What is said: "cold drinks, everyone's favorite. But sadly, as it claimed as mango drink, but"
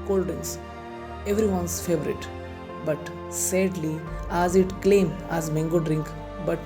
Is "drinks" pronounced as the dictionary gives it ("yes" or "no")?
no